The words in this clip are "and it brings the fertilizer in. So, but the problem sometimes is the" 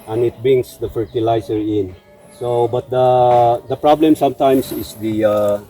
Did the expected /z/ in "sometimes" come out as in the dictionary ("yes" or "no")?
no